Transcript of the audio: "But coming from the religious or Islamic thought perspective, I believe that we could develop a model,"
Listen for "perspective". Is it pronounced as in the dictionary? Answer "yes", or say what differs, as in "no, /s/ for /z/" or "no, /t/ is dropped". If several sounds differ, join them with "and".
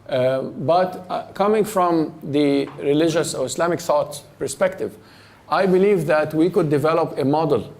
yes